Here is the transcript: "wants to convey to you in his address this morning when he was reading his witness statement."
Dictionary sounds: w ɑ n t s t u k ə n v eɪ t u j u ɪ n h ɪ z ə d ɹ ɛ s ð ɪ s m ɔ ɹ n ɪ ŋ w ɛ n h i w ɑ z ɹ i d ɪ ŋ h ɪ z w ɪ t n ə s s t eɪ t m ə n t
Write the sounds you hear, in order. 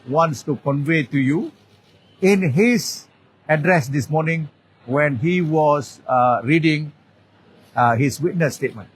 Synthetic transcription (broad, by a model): w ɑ n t s t u k ə n v eɪ t u j u ɪ n h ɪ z ə d ɹ ɛ s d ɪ s m ɔ n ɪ ŋ w ɛ n h i w ɑ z ɹ i d ɪ ŋ h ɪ s w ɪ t n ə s s t eɪ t m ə n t